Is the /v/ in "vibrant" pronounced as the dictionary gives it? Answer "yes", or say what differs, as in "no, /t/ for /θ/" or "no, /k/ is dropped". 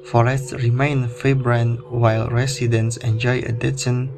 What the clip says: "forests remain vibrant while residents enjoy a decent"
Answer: no, /f/ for /v/